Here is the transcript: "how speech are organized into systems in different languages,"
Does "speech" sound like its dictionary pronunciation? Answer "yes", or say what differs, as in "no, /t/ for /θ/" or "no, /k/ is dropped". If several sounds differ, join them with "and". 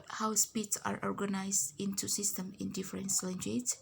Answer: no, /s/ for /tʃ/